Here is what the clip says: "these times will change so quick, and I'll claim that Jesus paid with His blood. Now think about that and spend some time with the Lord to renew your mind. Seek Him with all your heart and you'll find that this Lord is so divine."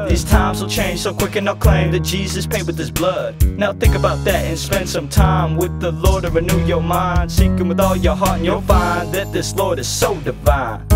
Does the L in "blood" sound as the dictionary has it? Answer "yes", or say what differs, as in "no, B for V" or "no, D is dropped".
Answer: yes